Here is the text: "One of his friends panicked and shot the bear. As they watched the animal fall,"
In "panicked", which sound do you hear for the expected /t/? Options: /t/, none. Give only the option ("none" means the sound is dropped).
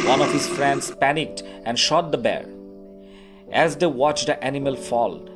/t/